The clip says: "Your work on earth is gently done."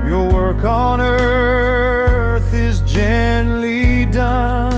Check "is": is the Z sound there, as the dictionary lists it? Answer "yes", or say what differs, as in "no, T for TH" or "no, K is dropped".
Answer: yes